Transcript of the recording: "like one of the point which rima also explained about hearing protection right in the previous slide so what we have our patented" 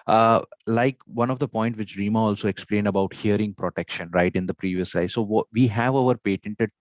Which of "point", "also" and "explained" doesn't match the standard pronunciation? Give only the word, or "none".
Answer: none